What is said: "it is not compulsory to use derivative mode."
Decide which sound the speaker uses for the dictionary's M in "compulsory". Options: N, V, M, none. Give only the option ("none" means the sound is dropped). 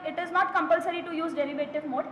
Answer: M